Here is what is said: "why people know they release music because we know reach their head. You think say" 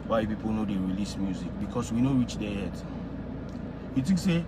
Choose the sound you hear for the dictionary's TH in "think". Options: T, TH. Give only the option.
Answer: T